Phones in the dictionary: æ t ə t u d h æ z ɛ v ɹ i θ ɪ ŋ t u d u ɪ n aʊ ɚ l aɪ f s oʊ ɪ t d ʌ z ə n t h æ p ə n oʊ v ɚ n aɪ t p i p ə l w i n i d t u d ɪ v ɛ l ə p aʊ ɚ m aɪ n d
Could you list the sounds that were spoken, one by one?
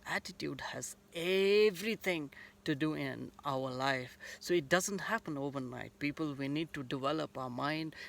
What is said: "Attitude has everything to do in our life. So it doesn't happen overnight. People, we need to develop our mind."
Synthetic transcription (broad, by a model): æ t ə t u d h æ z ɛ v ɹ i t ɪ ŋ t u d u ɪ n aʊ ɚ l aɪ f s oʊ ɪ t d ʌ z ə n t h æ p ə n oʊ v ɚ n aɪ t p i p ə l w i n i d t u d ɪ v ɛ l ə p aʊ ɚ m aɪ n d